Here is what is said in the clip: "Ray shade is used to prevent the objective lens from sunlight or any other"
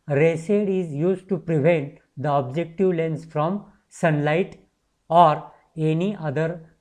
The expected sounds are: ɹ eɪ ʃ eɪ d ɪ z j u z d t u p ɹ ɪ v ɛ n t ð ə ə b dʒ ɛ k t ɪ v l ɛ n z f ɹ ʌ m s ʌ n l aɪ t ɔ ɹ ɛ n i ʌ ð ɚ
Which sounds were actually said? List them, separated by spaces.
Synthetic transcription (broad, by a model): ɹ eɪ s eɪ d ɪ z j u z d t u p ɹ ɪ v ɛ n t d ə ə b dʒ ɛ k t ɪ v l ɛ n s f ɹ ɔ m s ʌ n l aɪ t ɔ ɹ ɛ n i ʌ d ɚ